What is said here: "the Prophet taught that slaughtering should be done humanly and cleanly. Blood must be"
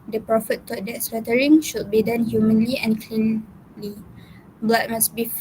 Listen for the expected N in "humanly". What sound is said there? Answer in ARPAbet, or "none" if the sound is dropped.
N